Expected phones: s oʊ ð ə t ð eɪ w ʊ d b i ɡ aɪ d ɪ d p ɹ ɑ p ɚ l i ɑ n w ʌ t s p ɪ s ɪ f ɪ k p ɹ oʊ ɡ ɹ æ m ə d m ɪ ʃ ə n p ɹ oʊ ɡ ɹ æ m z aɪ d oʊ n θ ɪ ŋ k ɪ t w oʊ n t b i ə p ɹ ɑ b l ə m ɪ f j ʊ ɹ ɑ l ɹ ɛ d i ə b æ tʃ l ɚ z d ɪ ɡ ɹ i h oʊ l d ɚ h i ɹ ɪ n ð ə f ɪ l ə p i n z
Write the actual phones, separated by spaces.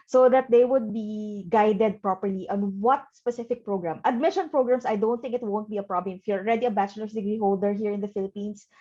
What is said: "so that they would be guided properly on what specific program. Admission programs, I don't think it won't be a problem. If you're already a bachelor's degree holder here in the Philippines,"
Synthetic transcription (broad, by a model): s oʊ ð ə t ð eɪ w ʊ d b i ɡ aɪ d ɪ d p ɹ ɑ p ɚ l i ɑ n w ʌ t s p ɪ s ɪ f ɪ k p ɹ oʊ ɡ ɹ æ m ə d m ɪ ʃ ə n p ɹ oʊ ɡ ɹ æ m s aɪ d oʊ n θ ɪ ŋ k ɪ t w oʊ n t b i ə p ɹ ɑ b l ə m ɪ f j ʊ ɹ ɑ l ɹ ɛ d i ə b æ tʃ l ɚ s d ɪ ɡ ɹ i h oʊ l d ɚ h i ɹ ɪ n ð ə f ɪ l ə p i n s